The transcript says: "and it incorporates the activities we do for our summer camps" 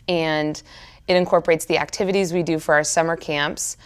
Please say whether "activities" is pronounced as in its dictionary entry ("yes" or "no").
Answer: yes